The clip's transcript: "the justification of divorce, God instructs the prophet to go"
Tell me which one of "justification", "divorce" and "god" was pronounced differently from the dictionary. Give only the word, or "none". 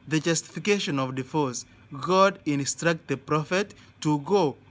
divorce